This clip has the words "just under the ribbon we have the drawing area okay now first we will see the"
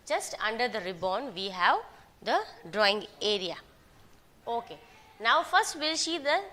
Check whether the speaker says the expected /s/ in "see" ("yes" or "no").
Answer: no